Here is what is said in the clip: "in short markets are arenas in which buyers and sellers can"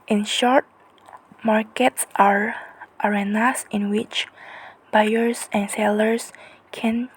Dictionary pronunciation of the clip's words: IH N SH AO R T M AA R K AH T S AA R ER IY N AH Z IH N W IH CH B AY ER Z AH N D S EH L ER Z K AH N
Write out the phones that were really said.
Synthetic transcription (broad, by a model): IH N SH AO R T M AA R K AH T S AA R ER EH N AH S IH N W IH CH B AY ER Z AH N S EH L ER S K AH N